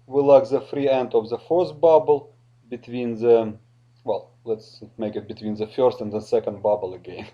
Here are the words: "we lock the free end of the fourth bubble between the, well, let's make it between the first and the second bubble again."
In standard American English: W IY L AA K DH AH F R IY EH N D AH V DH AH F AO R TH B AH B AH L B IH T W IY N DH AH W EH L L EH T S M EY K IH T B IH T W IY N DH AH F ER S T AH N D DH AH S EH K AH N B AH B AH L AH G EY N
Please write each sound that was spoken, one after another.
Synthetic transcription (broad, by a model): W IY L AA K DH AH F R IY EH N D AH V DH AH F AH R S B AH B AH L B IH T W IY N DH AH W EH L L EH T S M EY K IH T B IH T W IY N DH AH F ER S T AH N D DH AH S EH K AH N B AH B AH L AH G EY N